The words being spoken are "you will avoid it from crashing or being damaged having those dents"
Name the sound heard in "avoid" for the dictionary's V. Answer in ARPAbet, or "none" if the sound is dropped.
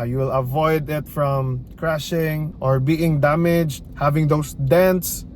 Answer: V